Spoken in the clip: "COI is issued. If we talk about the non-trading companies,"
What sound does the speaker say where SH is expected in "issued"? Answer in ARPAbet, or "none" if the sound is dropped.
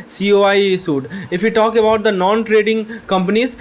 S